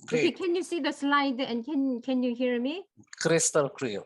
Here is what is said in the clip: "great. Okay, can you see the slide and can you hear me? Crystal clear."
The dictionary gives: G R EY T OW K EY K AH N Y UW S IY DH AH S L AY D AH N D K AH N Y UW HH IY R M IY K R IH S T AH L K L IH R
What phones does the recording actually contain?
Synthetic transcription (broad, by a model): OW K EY K AH N Y UW S IY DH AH S L AY D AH N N K AH N Y UW HH IY R M IY K R IH S T AH L K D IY